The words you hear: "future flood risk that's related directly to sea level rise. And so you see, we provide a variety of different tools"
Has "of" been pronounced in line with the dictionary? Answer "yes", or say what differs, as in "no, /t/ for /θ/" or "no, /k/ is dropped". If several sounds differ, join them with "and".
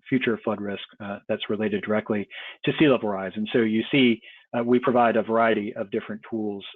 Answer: yes